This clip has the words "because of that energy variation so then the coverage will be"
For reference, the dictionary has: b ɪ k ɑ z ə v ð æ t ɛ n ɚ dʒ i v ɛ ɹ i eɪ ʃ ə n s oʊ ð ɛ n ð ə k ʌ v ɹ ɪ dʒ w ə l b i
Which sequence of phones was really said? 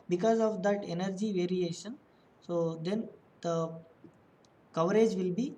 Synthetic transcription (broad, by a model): b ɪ k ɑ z ə v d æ t ɛ n ɚ dʒ i v ɛ ɹ i eɪ ʃ ə n s oʊ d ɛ n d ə k ʌ v ɹ ɪ dʒ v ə l b i